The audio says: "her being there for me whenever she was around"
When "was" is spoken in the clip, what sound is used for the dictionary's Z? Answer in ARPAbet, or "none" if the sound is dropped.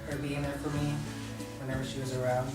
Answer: Z